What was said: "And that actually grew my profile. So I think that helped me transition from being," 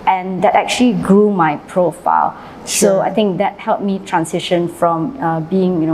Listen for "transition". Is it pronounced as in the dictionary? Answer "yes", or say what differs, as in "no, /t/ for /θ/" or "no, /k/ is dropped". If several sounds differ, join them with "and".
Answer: no, /s/ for /z/